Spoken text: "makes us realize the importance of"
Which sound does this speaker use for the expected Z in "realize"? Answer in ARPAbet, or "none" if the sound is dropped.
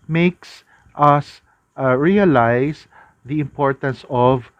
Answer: S